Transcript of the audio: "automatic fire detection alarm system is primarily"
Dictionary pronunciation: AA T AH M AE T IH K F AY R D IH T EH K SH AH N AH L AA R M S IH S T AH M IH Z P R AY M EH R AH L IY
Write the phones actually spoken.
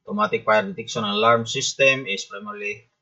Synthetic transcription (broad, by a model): T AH M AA T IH K P AY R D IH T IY K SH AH N AH L AA R M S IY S T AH M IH S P R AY M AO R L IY